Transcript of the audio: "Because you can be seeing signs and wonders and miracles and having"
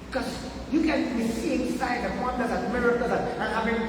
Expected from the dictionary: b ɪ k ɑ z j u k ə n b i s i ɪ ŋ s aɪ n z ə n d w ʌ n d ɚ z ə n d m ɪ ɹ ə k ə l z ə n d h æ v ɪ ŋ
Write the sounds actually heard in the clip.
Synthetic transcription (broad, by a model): k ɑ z j u k ə n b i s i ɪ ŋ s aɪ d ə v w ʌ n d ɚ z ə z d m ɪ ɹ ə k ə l ə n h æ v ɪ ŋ